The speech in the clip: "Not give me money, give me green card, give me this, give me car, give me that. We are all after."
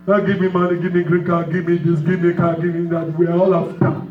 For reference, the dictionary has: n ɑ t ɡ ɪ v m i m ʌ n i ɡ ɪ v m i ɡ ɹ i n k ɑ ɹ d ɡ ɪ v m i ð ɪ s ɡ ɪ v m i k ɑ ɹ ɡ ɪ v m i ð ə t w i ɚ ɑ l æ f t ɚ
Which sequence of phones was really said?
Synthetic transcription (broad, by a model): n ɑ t ɡ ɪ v m i m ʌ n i ɡ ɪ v m i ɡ ɹ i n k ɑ ɡ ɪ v m i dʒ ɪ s ɡ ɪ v m i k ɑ ɡ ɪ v m i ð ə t w i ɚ ɑ l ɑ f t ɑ